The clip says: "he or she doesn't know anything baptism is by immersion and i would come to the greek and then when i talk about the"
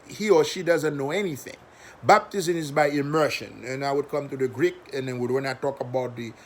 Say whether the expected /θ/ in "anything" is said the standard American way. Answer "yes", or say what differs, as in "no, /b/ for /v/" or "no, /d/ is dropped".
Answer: yes